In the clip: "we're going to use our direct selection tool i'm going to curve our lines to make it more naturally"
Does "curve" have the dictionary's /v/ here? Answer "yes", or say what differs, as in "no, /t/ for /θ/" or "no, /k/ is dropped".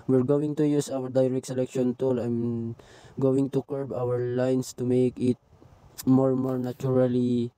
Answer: no, /b/ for /v/